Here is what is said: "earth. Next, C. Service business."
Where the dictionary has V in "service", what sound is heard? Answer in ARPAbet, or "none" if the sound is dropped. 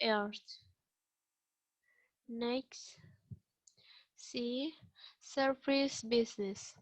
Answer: F